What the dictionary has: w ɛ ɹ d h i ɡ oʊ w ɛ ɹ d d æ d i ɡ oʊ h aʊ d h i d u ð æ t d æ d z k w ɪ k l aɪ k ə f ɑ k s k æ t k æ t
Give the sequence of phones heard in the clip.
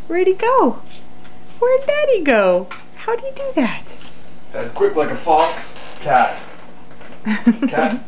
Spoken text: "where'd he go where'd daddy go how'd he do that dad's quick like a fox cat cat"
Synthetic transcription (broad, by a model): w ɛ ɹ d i ɡ oʊ w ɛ ɹ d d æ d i ɡ oʊ h aʊ d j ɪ d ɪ ð æ t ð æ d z k w ɪ k l aɪ k ə f ɑ k s k æ t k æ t